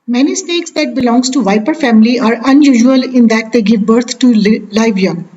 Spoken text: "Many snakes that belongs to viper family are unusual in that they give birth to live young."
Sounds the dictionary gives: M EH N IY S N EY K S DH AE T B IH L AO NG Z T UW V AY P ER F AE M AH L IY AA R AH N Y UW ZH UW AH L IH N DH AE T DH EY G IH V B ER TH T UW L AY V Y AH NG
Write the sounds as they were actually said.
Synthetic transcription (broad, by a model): M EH N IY S N EY K S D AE T B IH L AO NG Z T UW V AY P ER F AE M AH L IY AA R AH N Y UW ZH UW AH L IH N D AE T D EY G IH V B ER T T UW L AY V Y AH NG